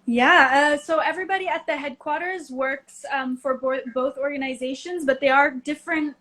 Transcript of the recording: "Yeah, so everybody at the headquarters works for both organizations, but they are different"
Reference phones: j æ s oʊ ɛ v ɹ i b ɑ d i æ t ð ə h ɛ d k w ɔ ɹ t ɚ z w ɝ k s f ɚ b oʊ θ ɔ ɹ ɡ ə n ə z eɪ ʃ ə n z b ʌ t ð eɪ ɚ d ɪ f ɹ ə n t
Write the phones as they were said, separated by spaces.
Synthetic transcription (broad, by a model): j æ s oʊ ɛ v ɹ i b ɑ d i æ t ð ə h ɛ d k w ɔ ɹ t ɚ z w ɝ k s f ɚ b oʊ θ ɔ ɹ ɡ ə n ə z eɪ ʃ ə n z b ʌ t ð eɪ ɚ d ɪ f ɹ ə n t